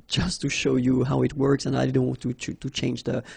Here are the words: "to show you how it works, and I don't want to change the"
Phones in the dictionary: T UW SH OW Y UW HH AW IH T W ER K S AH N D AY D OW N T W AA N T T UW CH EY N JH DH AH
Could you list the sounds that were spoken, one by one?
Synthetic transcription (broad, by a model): T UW SH OW Y UW HH AW IH T W ER K S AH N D AY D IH N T W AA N T T UW CH EY N JH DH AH